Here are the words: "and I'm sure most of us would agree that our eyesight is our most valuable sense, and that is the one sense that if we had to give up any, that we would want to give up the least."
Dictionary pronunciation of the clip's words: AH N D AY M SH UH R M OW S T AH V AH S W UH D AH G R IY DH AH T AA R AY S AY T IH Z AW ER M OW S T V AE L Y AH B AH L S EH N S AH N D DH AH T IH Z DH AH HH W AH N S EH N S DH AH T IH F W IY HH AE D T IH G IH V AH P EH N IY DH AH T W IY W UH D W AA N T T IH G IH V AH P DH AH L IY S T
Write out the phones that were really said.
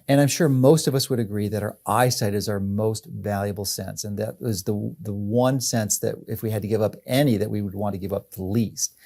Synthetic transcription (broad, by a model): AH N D AY M SH UH R M OW S T AH V AH S W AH D AH G R IY DH AH T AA R AY S AY T IH Z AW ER M OW S T V AE L Y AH B L S EH N S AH N DH AH T IH Z DH AH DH W AH N S EH N S DH AH T IH F W IY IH D T IH G IH V AH P EH N IY DH AH T W IY W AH D W AA N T T IH G IH V AH P DH AH L IY S T